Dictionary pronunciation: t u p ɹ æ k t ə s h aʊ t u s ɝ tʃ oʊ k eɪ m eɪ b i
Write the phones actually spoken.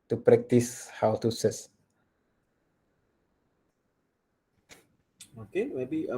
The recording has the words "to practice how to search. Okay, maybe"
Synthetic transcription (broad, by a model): t u p ɹ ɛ k t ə s h aʊ t u s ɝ s oʊ k eɪ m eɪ b i